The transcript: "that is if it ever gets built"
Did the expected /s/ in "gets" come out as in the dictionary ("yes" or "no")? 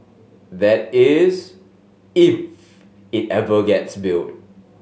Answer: yes